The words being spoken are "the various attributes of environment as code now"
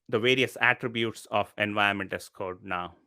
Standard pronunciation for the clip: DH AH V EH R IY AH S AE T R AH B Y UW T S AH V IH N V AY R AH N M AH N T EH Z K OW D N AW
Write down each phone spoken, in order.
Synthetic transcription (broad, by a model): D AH V EH R IY AH S AE T R AH B Y UW T S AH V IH N V AY AH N M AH N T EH S K OW D N AW